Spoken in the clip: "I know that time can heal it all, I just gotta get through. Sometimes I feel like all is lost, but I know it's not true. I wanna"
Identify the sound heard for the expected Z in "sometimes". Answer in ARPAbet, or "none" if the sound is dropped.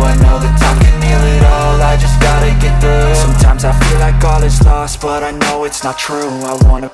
Z